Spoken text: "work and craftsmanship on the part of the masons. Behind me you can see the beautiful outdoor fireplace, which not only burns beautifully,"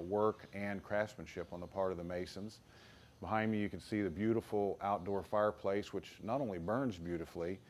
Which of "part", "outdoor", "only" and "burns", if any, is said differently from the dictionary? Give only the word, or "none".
none